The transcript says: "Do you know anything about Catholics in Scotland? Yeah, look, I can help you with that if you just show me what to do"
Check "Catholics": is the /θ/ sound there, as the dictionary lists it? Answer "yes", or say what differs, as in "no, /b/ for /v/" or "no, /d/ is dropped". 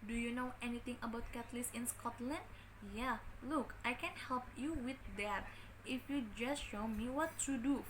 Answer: no, /t/ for /θ/